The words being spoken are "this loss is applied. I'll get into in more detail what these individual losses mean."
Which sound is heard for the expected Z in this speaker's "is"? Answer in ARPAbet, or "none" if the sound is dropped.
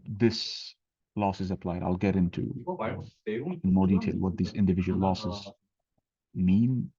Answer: Z